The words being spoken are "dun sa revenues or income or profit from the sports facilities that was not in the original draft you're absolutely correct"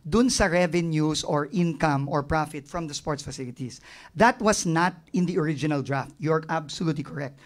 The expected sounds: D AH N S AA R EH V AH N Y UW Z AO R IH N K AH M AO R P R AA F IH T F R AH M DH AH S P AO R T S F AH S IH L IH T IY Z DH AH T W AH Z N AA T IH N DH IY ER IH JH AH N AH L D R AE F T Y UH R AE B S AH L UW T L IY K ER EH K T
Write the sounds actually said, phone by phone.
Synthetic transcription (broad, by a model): D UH N S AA R EH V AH N Y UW S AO R IH N K AH M AO R P R AA F IH T F R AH M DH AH S P AO R T S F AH S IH L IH T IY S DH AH T W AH S N AA T IH N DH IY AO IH JH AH N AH L D R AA F T Y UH R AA B S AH L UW T L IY K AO EH K T